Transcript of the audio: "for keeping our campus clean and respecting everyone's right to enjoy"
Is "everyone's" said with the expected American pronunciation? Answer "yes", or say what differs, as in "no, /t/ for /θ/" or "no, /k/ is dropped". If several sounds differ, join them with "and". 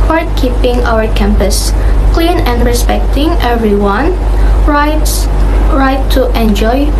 no, /z/ is dropped